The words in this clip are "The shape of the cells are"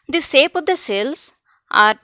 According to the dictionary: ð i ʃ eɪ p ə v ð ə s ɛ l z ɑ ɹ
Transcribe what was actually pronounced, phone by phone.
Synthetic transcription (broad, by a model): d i s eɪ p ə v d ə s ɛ l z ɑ ɹ